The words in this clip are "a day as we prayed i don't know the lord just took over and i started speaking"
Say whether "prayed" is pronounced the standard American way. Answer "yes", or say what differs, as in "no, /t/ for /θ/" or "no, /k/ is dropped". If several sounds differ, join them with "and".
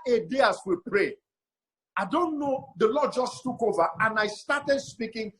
no, /d/ is dropped